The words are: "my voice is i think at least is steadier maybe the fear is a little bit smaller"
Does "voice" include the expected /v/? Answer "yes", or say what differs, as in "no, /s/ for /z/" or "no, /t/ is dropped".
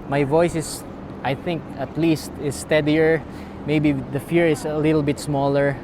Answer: yes